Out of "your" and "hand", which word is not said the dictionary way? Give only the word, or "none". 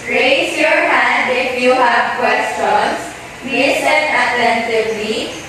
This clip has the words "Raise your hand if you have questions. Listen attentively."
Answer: hand